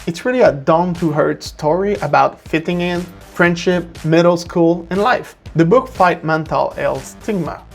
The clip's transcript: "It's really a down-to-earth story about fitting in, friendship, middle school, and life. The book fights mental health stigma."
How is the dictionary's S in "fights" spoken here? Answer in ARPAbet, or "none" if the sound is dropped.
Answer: none